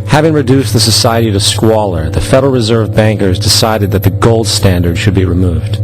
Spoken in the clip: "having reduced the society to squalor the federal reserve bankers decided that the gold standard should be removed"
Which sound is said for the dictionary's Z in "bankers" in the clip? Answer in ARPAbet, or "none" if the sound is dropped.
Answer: Z